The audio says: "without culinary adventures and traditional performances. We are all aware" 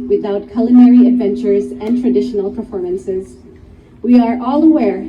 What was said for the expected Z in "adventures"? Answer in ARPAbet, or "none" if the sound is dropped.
Z